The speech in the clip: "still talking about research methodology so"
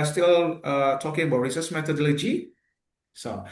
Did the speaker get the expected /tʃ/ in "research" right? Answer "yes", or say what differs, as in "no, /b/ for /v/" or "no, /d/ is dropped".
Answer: no, /s/ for /tʃ/